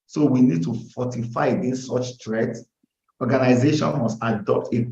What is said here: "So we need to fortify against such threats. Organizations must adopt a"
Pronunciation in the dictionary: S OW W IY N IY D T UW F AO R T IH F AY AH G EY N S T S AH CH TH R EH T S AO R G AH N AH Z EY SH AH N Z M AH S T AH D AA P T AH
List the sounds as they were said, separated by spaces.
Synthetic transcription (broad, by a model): S OW W IY N IY D T UW F AO T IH F AY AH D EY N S S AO CH T R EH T AO G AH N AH Z EY SH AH N M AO S T AH D AA P T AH